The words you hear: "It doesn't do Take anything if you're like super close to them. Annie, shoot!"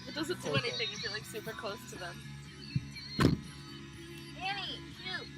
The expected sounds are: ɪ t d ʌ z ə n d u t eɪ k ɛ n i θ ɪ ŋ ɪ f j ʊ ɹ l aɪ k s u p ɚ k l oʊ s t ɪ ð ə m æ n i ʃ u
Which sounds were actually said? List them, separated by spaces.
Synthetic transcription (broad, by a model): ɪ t d ʌ z ə n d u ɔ ɛ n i θ ɪ ŋ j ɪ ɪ l aɪ k s u p ɚ k l oʊ s t ɪ ð ə m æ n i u